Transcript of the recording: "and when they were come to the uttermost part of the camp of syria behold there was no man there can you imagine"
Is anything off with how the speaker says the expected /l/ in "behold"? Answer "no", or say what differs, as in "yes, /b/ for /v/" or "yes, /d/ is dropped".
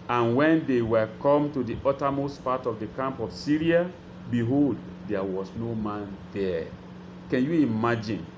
no